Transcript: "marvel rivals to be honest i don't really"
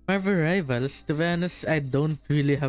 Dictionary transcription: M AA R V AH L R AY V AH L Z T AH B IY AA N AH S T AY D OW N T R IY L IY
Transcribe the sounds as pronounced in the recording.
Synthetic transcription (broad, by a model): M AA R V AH R AY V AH L S T AH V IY N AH S AY D OW N T R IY L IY